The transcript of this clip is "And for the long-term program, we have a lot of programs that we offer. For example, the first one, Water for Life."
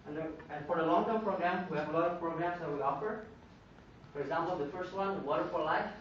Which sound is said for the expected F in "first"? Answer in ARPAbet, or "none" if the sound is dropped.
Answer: F